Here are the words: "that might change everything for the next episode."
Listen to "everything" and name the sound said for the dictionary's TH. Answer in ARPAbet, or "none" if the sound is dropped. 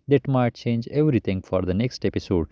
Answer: T